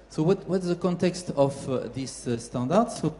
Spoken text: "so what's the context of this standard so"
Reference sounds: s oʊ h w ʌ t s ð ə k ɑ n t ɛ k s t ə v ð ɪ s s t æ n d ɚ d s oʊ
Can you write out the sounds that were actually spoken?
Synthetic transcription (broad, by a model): s oʊ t w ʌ t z ð ə k ɑ n t ɛ k s t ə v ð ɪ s s t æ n d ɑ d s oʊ